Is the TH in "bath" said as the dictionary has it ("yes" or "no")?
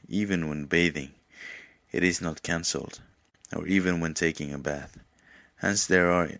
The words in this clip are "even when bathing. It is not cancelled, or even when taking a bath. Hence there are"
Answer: yes